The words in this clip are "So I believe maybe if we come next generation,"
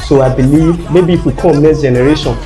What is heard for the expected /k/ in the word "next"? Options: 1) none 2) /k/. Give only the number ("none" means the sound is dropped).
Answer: 1